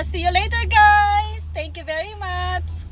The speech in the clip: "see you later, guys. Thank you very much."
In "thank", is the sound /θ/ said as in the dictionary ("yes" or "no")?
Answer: no